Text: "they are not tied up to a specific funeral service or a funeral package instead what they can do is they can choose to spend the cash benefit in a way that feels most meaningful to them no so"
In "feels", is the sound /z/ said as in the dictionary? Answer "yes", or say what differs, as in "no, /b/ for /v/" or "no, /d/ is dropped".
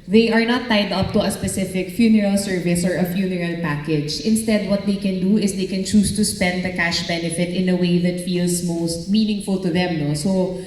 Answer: no, /s/ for /z/